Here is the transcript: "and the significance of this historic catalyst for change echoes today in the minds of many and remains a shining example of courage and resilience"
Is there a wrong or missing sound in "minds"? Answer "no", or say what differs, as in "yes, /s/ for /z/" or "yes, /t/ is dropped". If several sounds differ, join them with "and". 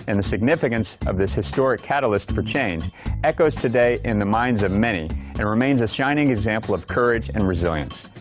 no